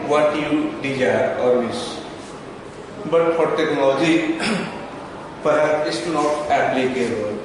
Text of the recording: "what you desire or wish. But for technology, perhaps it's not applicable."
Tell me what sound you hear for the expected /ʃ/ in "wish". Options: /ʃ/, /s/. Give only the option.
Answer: /s/